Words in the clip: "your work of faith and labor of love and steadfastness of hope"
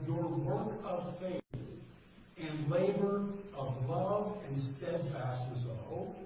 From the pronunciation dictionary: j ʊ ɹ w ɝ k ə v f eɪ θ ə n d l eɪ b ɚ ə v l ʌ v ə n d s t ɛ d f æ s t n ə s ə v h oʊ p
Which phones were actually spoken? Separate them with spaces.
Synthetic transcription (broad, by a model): j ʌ ɹ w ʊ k ə v f eɪ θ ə n l eɪ b ɚ ə v l ʌ v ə n s t ɛ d f æ s t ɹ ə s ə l